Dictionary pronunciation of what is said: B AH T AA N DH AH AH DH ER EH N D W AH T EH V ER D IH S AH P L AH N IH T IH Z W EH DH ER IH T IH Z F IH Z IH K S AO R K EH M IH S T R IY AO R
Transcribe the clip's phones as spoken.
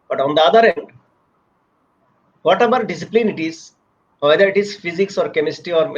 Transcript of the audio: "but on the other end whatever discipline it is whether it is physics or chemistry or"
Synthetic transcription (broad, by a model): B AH T AA N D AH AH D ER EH N D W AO T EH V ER D IH S AH P L AH N IH T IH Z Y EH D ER IH T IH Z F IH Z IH K S AO R K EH M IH S T IY AO R